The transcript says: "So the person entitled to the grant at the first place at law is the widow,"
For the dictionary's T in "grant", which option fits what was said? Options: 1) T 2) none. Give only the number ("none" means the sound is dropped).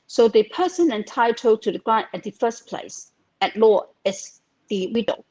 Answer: 2